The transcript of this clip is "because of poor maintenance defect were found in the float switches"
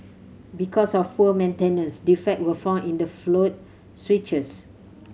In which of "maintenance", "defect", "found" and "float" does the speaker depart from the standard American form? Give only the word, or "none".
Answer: found